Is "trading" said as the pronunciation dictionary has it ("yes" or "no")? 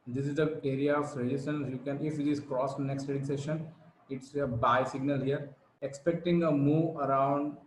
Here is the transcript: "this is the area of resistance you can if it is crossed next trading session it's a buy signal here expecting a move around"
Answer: no